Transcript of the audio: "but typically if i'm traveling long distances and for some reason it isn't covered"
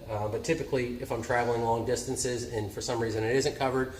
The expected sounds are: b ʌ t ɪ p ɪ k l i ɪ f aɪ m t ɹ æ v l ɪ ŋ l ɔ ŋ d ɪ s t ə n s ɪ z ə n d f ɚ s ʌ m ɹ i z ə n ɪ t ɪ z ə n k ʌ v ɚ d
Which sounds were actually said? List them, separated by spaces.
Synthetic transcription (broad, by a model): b ʌ t ɪ p ɪ k l i ɪ f aɪ m t ɹ æ v l ɪ ŋ l ɔ ŋ d ɪ s t ə n s ɪ z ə n f ɚ s ʌ m ɹ i z ə n ɪ t ɪ z ə n k ʌ v ɚ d